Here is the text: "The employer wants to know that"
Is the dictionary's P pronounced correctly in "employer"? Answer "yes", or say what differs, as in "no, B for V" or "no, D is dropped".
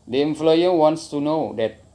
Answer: no, F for P